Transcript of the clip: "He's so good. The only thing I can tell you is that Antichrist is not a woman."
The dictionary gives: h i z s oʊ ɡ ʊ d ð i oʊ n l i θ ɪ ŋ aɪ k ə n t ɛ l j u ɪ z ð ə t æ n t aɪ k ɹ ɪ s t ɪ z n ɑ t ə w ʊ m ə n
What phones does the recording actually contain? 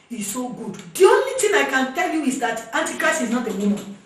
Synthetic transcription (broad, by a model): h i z s oʊ ɡ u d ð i oʊ n l i t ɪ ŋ aɪ k ə n t ɛ l j u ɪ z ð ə t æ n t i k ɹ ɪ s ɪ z n ɑ t ə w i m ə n